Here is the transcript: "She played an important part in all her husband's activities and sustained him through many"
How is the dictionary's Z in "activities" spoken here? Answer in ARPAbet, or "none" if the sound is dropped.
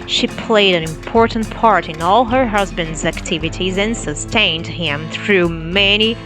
Z